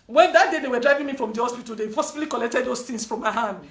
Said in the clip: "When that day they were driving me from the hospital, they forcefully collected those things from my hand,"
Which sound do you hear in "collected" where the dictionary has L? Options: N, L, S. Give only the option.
L